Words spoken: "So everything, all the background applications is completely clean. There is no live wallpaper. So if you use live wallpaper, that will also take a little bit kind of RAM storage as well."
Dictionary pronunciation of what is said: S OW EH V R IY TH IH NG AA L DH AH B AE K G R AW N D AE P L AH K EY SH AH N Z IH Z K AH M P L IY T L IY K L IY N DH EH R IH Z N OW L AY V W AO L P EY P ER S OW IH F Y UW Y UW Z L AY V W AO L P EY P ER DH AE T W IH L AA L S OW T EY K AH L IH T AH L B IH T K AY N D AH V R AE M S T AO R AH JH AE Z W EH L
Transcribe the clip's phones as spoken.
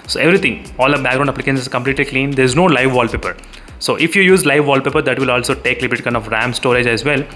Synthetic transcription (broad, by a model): S OW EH V R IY T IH NG AA L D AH B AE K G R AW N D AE P L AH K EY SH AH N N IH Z K AH M P L IY T L IY K L IY N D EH R IH Z N OW L AY V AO L P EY P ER S OW IH F Y UW Y UW Z L AY V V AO L P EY P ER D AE T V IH L AA L S OW T EY K L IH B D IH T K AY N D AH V R AE M S T AO R AH JH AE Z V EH L